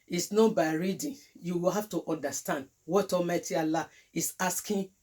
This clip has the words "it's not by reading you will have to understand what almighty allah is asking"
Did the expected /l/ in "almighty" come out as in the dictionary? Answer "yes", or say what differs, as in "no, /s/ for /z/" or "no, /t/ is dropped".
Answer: no, /l/ is dropped